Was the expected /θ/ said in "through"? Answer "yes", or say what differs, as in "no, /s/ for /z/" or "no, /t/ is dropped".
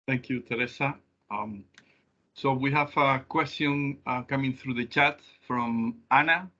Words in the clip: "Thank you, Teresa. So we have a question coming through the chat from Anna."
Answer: yes